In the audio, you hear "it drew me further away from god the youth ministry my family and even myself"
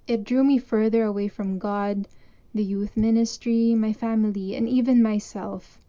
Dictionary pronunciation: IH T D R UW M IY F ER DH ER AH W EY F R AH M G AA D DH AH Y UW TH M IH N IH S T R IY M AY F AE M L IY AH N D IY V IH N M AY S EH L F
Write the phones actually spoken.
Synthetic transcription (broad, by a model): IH T D R UW M IY F ER DH ER AH W EY F R AH M G AA D DH AH Y UW TH M IH N IH S T R IY M AY F AE M L IY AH N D IY V IH N M AY S EH L F